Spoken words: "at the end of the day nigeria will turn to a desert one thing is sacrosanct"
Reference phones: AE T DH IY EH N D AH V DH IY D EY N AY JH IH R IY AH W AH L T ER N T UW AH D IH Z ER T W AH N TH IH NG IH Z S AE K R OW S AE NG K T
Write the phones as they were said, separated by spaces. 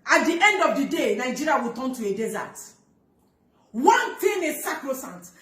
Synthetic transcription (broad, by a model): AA T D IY EH N D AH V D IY D EY N AY JH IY R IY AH W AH T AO N T UW AH D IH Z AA T W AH N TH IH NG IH S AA K R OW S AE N T